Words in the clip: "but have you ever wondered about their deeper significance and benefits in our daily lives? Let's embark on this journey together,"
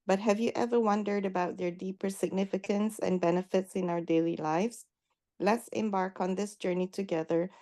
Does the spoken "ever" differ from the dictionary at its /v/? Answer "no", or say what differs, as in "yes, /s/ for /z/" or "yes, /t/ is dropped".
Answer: no